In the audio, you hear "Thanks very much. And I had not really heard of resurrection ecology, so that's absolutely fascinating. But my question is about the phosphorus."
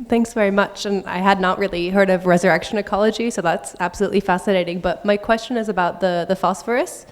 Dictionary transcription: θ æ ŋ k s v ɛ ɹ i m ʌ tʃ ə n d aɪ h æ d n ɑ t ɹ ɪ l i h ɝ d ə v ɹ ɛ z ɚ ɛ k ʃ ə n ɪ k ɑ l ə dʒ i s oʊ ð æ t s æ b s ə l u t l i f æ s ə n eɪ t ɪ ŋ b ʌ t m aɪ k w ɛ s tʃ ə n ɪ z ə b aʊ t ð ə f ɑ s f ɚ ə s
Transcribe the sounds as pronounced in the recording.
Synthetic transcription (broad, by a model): θ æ ŋ k s v ɛ ɹ i m ʌ tʃ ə n aɪ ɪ d n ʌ t ɹ ɪ l i h ɝ d ə v ɹ ɛ z ɚ ɛ k ʃ ə n ɪ k ɑ l ə dʒ i s oʊ ð æ t s æ b s ə l u t l i f æ s ə n eɪ t ɪ ŋ b ʌ t m aɪ k w ɛ s tʃ ə n ɪ z ə b aʊ t ð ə f ɑ s f ɚ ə s